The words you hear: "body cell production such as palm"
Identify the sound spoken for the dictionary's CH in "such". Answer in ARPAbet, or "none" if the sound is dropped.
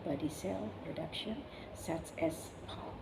S